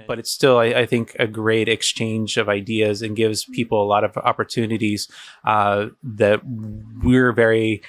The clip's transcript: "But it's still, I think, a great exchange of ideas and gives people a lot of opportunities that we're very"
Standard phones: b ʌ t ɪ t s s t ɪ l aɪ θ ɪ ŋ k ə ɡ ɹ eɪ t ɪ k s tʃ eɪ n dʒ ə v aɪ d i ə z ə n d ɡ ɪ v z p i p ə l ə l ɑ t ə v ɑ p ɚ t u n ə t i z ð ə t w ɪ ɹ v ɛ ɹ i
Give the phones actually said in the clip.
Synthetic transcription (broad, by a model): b ʌ t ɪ t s s t ɪ l aɪ θ ɪ ŋ k ə ɡ ɹ eɪ t ɪ k s tʃ eɪ n dʒ ə v aɪ d i ə z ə n ɡ ɪ v z p i p l ə l ɑ t ə v ɑ p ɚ t u n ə t i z ð ə t w ɪ ɹ v ɛ ɹ i